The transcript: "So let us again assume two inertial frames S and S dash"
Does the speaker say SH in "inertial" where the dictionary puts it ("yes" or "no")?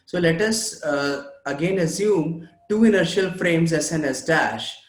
yes